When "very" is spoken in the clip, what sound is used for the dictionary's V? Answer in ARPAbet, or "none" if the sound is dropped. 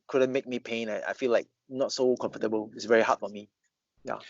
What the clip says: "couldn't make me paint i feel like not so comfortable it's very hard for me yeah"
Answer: V